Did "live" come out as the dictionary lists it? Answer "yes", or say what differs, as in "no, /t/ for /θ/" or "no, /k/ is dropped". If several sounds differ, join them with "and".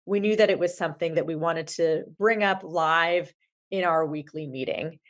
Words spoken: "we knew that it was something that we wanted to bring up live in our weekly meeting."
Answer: yes